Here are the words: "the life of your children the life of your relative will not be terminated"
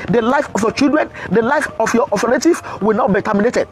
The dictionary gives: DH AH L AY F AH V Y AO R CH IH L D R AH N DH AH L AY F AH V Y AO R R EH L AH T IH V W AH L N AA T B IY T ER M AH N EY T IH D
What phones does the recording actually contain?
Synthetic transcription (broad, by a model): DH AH L AY F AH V Y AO CH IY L D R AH N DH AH L AY F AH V Y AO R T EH N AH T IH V W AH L N AA T B IY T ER M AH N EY T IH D